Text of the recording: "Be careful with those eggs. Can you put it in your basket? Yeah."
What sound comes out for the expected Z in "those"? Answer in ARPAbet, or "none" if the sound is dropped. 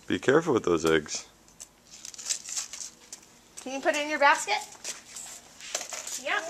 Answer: Z